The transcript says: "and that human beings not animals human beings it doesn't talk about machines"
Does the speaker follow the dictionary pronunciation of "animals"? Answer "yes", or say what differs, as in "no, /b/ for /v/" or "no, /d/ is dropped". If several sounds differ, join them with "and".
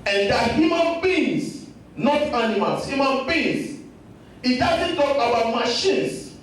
no, /s/ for /z/